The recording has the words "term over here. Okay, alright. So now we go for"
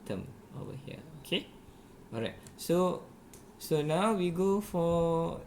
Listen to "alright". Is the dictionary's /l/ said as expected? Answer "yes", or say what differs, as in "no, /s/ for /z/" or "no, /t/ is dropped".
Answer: no, /l/ is dropped